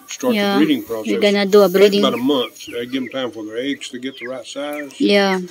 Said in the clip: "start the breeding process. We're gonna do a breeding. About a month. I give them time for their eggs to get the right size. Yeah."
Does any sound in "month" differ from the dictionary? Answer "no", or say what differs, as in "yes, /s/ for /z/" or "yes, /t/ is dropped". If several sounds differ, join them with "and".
no